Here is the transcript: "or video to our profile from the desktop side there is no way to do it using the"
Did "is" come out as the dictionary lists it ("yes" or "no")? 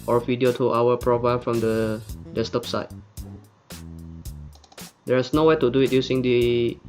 no